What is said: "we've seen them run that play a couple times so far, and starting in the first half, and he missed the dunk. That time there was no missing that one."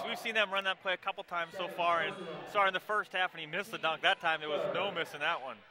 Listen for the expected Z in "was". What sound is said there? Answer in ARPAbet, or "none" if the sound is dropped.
Z